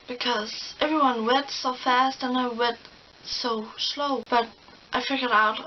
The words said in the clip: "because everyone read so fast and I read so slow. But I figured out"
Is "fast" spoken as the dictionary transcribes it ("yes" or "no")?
yes